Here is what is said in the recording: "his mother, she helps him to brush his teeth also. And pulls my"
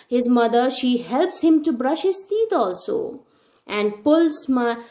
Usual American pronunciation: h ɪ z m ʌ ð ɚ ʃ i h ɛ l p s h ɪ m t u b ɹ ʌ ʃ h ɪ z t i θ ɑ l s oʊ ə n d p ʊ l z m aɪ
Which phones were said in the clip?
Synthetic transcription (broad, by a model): h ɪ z m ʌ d ɚ ʃ i h ɛ l p s h ɪ m t u b ɹ ʌ ʃ h ɪ z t i t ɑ l s oʊ ə n d p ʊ l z m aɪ